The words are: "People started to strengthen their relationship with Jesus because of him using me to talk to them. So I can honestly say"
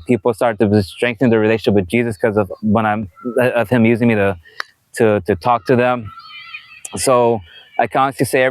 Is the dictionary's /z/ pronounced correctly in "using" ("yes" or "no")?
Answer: yes